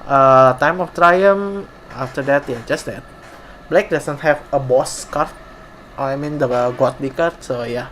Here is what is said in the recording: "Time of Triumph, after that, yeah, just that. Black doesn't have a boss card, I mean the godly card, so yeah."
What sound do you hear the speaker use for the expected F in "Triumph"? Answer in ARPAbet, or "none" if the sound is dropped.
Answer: none